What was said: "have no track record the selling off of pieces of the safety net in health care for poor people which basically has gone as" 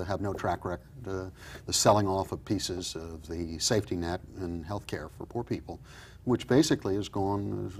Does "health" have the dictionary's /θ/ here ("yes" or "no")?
yes